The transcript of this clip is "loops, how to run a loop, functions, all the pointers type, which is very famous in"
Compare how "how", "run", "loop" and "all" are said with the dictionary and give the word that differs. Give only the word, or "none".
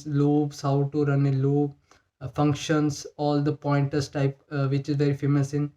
loop